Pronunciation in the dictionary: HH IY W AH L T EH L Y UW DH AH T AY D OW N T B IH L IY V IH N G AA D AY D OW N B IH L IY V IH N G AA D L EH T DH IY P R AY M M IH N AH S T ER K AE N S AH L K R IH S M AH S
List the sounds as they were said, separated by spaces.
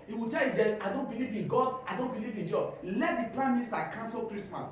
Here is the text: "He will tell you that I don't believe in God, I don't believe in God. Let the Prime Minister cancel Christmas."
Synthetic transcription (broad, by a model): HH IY W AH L T EH L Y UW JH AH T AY D OW N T B IH L IY V IH N G AA D AY D OW N B IH L IY V IH N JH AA L EH T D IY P L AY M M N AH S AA K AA N S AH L K R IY S M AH S